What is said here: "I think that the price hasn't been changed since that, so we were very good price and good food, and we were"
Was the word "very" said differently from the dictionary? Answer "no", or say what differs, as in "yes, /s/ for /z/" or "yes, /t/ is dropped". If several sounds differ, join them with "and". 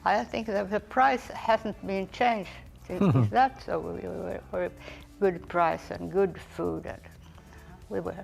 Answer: yes, /w/ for /v/